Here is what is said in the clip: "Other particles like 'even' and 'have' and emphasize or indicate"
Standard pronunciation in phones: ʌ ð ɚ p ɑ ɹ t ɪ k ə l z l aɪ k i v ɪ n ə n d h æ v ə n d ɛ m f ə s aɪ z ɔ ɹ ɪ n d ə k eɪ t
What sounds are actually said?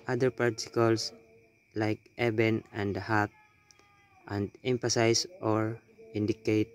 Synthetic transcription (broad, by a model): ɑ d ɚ p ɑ ɹ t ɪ k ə l s l aɪ k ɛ b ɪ n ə n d h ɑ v ə n d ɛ m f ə s aɪ s ɔ ɹ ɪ n d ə k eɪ t